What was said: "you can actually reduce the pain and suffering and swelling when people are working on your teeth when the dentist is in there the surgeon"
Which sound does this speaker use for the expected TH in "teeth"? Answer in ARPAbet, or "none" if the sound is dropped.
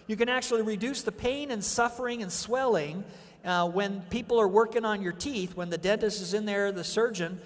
TH